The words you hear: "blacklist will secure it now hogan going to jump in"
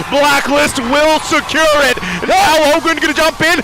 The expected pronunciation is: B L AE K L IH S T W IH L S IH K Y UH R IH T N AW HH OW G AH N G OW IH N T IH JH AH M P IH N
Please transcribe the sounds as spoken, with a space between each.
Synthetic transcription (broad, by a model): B L AE K L IH S T W IH L S IH K Y UH R IH T N AW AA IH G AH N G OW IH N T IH JH AH M P IH N